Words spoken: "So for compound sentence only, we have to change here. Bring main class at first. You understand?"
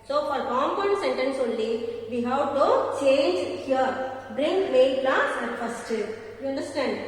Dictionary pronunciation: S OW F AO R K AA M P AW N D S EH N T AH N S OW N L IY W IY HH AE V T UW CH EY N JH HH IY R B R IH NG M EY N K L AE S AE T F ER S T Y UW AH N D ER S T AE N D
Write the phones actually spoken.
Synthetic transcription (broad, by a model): S OW F AO R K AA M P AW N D S EH N T AH N S OW N L IY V IY HH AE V T UW CH EY N JH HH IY R B R IH NG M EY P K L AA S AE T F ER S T Y UW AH N D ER S T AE N D